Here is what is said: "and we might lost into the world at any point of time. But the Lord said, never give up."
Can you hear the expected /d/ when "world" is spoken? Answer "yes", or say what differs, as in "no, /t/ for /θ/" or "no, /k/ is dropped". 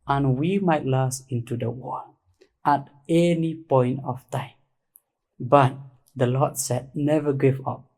no, /d/ is dropped